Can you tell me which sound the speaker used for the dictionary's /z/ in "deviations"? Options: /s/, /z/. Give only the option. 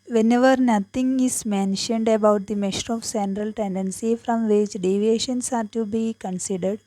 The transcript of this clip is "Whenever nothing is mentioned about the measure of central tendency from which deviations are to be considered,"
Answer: /s/